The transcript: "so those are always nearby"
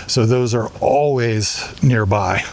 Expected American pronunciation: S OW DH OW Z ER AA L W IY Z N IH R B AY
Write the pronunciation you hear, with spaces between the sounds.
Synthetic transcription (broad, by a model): S OW DH OW Z ER AA L W IY Z N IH R B AY